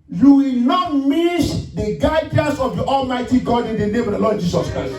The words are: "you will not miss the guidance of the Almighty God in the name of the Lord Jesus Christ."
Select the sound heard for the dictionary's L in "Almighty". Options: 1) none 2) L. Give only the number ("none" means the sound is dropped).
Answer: 2